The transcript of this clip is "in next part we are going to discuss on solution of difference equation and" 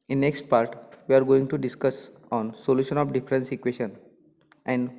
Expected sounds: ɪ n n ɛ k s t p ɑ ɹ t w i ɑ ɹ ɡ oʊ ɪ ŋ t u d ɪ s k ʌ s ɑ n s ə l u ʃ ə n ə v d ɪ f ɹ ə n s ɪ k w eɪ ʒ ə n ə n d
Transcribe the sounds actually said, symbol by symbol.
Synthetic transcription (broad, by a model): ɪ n n ɛ k s t p ɑ ɹ t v i ɑ ɹ ɡ oʊ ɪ ŋ t u d ɪ s k ʌ s ɑ n s ə l u ʃ ə n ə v d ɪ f ɹ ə n s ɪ k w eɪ ʃ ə n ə n d